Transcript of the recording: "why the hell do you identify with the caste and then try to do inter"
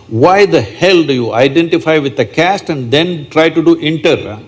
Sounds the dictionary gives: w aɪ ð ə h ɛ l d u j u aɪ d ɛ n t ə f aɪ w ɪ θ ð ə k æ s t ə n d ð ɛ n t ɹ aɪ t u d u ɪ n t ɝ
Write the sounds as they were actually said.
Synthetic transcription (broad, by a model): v aɪ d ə h ɛ l d u j u aɪ d ɛ n t ə f aɪ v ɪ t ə k æ s t ə n d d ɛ n t ɹ aɪ t u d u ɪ n t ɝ